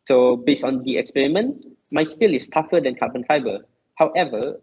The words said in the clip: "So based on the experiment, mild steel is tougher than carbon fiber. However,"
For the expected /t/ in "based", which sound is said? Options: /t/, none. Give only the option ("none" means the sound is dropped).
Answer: none